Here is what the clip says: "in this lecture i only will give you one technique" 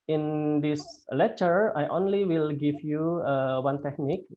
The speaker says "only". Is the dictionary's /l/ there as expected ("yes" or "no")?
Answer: yes